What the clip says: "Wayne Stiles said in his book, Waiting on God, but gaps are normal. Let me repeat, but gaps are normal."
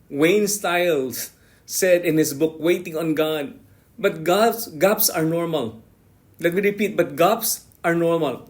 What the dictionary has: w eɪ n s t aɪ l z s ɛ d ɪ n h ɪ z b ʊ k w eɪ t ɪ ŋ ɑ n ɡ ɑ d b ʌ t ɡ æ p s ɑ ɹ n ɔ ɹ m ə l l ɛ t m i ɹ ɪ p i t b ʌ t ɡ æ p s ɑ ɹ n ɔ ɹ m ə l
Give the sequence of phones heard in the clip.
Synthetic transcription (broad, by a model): w eɪ n s t aɪ l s s ɛ d ɪ n h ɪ s b ʊ k w eɪ t ɪ ŋ ɑ n ɡ ɑ d b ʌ t ɡ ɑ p s ɑ ɹ n ɔ ɹ m ə l l ɛ t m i ɹ ɪ p i t b ʌ t ɡ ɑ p s ɑ ɹ n ɔ ɹ m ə l